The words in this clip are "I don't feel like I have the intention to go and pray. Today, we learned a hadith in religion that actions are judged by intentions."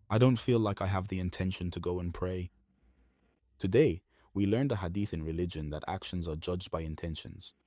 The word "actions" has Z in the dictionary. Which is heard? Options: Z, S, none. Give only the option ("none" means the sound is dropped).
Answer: Z